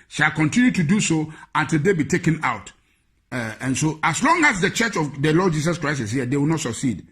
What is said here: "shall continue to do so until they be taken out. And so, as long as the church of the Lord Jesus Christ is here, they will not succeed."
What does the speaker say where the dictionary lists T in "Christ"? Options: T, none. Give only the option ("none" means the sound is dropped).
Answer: none